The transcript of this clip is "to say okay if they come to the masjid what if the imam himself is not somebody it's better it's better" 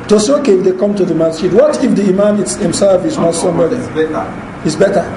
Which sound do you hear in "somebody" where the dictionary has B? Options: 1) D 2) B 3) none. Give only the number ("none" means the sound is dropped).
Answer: 3